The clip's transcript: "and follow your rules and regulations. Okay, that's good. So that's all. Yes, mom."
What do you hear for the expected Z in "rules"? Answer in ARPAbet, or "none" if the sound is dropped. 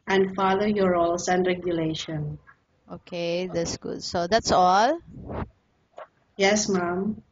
S